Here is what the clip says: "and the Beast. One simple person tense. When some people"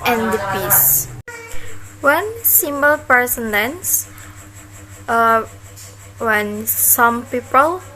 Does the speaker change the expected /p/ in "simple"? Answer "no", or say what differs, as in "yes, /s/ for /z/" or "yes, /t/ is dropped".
yes, /b/ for /p/